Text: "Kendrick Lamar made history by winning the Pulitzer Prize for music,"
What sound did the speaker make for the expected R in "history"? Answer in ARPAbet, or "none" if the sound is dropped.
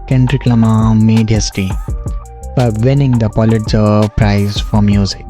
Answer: none